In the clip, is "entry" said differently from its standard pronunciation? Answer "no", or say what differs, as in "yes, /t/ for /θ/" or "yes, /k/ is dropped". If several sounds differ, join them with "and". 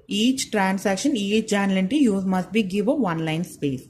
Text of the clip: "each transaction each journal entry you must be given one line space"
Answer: yes, /ɹ/ is dropped